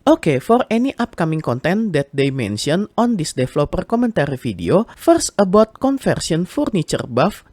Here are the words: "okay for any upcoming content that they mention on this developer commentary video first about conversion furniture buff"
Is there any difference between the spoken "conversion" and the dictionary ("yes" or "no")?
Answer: yes